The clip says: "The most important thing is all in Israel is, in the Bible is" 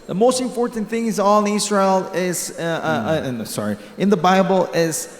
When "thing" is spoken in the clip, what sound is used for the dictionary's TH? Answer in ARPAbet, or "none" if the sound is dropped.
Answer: TH